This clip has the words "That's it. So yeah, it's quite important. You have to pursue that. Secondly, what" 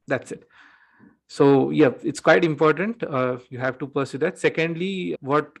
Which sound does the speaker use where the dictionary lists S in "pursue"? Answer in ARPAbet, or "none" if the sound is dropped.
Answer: S